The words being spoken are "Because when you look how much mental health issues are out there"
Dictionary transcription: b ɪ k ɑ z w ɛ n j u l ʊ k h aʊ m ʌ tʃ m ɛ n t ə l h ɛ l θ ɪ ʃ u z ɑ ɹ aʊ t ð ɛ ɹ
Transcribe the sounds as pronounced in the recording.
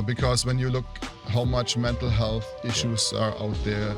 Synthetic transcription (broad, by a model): b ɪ k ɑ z w ɛ n j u l ʊ k h aʊ m ʌ tʃ m ɛ n t l h ɛ l θ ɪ ʃ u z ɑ ɹ aʊ t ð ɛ ɹ